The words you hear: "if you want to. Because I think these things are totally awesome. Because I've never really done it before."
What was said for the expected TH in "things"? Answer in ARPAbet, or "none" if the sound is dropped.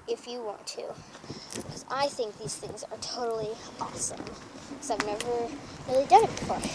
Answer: TH